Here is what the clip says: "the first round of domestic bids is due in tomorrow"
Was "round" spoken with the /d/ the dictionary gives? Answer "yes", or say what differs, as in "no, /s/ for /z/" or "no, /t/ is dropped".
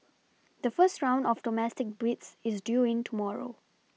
yes